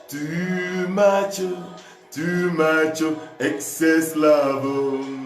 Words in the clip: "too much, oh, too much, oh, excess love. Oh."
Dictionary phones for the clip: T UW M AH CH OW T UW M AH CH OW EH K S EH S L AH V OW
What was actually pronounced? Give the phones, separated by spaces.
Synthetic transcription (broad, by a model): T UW M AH CH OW T UW M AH CH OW EH K S EH S L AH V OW